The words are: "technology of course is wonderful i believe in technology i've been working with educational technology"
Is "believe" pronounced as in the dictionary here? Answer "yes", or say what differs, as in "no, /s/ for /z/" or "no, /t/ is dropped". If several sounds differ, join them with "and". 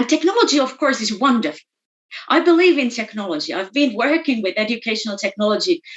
yes